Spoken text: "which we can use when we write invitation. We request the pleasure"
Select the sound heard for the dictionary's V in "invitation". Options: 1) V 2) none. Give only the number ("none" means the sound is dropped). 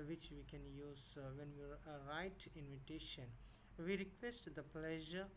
1